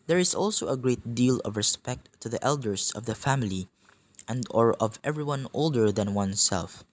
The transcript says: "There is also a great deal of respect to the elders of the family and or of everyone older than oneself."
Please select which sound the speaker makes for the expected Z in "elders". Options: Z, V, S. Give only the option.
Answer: S